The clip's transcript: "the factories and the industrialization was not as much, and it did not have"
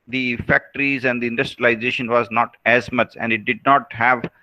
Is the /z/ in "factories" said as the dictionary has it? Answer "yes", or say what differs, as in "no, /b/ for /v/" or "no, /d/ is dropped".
yes